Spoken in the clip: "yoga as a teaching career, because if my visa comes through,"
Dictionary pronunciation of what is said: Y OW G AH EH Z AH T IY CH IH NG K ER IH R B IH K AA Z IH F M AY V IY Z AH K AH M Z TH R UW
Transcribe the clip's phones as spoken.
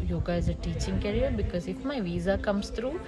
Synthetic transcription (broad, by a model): Y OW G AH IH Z AH T IY CH IH NG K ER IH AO B IH K AA Z IH F M AY V IY Z AH K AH M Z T R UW